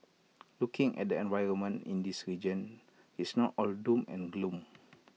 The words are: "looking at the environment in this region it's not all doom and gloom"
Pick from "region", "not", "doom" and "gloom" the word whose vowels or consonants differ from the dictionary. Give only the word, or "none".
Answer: none